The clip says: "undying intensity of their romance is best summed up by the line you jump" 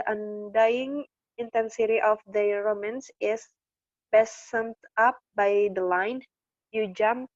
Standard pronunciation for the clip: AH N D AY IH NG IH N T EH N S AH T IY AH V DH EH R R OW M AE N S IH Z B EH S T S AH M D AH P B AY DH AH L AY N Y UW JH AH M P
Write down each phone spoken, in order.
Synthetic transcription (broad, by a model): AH N D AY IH NG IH N T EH N S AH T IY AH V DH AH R R OW M AE N S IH S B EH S S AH M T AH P B AY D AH L AY N Y UW JH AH M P